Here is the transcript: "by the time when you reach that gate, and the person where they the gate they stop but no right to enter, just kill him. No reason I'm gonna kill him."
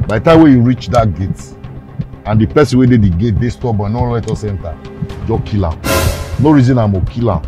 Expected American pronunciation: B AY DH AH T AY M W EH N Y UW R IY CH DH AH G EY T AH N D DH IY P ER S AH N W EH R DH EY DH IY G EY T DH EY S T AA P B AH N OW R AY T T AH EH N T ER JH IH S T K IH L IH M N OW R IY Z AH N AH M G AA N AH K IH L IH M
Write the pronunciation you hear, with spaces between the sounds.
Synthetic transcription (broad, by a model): B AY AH T AY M W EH Y UW R IY CH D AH G EY T AH N D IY P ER S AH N W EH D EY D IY G EY T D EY S T AA P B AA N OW L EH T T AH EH N T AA JH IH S K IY L IH M N OW R IY Z AH N AH M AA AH K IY L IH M